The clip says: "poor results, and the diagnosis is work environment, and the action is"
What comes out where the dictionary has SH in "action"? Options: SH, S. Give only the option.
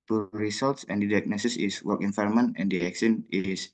S